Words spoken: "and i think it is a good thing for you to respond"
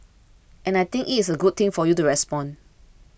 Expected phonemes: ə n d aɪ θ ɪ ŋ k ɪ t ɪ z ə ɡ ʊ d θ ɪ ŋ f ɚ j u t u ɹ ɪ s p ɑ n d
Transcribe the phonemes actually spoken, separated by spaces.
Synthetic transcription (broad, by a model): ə n aɪ t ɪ ŋ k ɪ t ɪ s ə ɡ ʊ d t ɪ ŋ f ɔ j u t u ɹ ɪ s p ɑ n